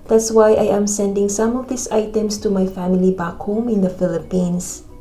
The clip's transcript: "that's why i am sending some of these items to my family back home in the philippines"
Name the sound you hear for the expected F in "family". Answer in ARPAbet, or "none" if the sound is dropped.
F